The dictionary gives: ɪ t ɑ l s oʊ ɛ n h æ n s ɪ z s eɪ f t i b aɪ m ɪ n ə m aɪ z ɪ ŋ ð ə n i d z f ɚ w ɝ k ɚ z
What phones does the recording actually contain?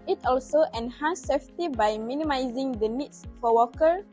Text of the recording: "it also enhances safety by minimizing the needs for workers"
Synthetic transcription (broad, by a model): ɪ t ɑ l s oʊ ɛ n h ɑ n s s eɪ f t i b aɪ m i n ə m aɪ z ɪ ŋ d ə n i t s f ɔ w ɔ k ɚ